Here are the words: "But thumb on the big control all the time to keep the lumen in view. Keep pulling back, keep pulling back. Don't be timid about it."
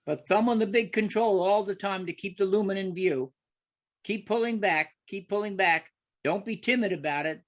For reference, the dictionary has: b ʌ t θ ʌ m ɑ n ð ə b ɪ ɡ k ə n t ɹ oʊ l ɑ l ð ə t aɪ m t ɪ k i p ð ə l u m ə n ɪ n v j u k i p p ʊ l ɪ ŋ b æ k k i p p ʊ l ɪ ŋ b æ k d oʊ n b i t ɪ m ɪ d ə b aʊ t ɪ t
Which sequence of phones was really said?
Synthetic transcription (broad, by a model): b ʌ t θ ʌ m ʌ n ð ə b ɪ ɡ k ə n t ɹ oʊ l ɑ l ð ə t aɪ m t ɪ k i p ð ə l u m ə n ɪ n v j u k i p p ʊ l ɪ ŋ b æ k k i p p ʊ l ɪ ŋ b æ k d oʊ n b i t ɪ m ɪ d ə b aʊ t ɪ t